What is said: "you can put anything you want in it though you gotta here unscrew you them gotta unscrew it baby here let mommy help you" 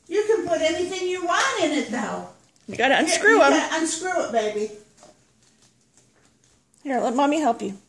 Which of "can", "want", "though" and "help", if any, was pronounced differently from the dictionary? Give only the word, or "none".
none